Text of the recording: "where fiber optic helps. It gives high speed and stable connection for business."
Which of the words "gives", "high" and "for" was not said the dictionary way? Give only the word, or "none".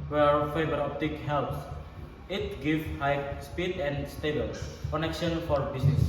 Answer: gives